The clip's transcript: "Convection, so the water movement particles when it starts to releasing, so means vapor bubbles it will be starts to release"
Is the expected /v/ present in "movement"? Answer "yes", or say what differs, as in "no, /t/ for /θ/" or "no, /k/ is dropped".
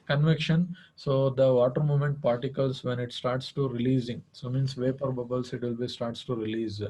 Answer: no, /v/ is dropped